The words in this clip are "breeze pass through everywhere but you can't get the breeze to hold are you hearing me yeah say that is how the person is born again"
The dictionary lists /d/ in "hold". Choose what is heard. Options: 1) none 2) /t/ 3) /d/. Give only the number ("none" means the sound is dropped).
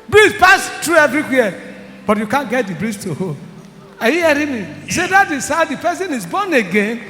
1